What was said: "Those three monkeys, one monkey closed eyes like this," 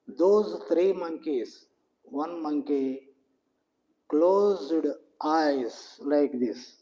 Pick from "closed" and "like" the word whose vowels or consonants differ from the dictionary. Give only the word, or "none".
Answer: none